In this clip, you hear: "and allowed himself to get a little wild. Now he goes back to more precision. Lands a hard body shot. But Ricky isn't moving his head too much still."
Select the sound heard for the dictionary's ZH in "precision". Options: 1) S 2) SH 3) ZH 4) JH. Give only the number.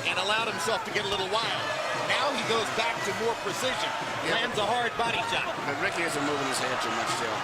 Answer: 3